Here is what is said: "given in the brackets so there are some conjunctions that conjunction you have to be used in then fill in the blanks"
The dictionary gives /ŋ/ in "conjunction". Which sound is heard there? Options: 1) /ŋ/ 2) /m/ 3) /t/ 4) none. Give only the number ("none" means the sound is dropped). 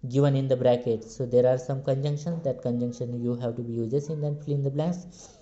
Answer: 1